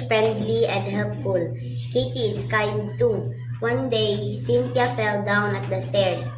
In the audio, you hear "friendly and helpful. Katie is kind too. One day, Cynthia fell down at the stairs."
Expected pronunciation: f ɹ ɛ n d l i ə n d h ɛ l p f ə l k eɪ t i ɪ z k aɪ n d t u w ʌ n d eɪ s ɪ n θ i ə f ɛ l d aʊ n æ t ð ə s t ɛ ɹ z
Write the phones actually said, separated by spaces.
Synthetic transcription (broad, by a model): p ɹ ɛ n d l i ə n d h ɛ l p f ə l k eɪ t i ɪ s k aɪ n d t u w ʌ n d eɪ s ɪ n t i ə f ɛ l d aʊ n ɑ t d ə s t ɛ ɹ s